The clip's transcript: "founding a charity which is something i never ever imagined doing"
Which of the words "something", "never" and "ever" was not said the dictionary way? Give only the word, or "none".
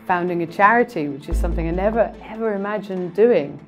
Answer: none